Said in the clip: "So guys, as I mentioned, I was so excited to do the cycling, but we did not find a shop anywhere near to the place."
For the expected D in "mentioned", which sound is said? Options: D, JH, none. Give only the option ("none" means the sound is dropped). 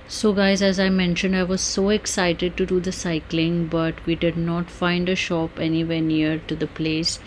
D